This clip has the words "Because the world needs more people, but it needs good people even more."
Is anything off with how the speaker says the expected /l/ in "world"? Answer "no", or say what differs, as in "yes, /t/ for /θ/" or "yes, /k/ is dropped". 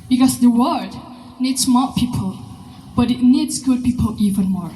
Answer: yes, /l/ is dropped